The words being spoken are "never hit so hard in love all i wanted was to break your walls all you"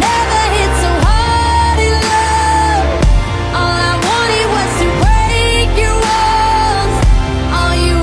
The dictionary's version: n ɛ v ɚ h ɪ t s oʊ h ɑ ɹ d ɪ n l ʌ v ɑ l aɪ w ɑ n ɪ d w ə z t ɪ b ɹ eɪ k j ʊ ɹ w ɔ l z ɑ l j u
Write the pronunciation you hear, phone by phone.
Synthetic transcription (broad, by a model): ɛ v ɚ h ɪ t s oʊ h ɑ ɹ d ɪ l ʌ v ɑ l aɪ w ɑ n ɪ w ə s t ɪ b ɹ eɪ k j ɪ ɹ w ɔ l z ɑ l j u